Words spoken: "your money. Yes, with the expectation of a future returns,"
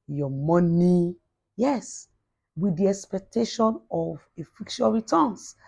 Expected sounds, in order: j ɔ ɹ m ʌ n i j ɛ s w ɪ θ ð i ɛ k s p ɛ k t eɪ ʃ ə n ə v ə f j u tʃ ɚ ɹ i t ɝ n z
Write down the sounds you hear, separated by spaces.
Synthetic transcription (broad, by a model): j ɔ m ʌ n i j ɛ s w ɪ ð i ɛ k s p ɛ k t eɪ ʃ ə n ə v ə f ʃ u ɚ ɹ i t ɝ n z